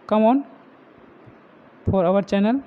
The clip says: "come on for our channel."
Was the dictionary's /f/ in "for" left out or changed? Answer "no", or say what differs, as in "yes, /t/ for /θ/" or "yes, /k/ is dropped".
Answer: yes, /p/ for /f/